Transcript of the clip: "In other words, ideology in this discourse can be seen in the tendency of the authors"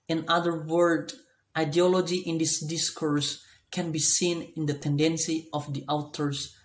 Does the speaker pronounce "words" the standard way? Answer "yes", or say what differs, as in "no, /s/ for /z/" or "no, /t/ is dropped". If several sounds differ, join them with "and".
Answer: no, /z/ is dropped